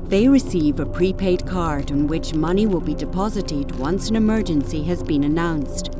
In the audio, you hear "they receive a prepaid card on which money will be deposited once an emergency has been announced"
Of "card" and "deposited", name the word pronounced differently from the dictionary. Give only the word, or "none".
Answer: none